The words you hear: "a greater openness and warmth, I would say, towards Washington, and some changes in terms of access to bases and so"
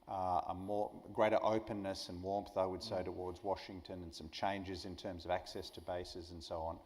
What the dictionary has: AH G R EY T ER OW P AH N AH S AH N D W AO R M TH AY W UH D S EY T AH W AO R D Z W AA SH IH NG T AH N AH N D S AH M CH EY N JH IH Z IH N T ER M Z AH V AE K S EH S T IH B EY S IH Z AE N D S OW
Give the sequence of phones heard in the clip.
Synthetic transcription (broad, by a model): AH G R EY T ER OW P AH N AH S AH N W AO R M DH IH W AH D S EY T AH W AO R D Z W AA SH IH NG T AH N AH N S AH M CH EY N JH IH Z IH N T ER M Z AH V AE K S EH S T IH B EY S IH Z N S OW